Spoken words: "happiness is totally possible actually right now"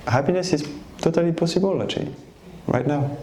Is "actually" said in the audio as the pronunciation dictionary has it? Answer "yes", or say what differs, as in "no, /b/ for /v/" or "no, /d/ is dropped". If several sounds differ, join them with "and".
no, /k/ is dropped